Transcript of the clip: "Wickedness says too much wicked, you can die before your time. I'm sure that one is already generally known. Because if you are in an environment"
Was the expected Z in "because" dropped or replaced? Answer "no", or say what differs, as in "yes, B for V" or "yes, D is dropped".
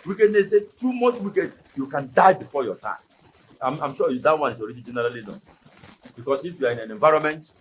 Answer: yes, S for Z